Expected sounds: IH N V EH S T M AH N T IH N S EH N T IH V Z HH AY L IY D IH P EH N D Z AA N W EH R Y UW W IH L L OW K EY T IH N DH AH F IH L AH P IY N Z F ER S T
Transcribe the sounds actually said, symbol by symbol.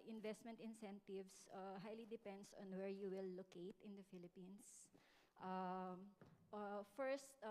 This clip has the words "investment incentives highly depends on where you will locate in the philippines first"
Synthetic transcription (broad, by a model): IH N V EH S T M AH N T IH N S EH N T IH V S HH AY L IY D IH P EH N D S AA N W EH R Y UW W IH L L OW K EY T IH N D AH F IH L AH P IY N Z F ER S T